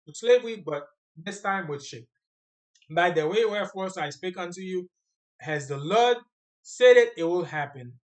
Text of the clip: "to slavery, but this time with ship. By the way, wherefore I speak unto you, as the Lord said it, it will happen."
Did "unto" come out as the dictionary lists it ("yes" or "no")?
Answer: yes